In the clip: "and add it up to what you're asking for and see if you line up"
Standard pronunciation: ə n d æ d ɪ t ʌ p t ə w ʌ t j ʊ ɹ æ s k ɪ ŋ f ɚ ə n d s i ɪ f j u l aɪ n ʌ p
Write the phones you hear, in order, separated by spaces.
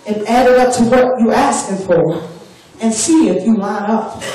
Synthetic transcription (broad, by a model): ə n æ d ɪ t ʌ p t ə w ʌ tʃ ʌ æ s k ɪ ŋ f ɚ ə n s i ɪ f j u l aɪ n ʌ p